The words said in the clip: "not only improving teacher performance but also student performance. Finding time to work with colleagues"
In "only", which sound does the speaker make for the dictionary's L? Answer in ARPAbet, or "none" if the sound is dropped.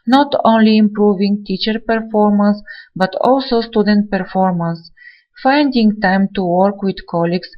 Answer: L